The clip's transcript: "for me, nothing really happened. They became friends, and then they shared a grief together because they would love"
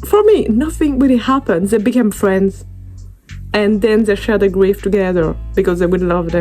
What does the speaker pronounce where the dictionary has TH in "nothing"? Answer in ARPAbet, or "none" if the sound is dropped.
TH